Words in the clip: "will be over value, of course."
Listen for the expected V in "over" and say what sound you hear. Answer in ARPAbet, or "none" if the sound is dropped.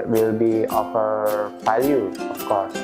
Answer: F